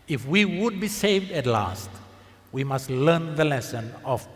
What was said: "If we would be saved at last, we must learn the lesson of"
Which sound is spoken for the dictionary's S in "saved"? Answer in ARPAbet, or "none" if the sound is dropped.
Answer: S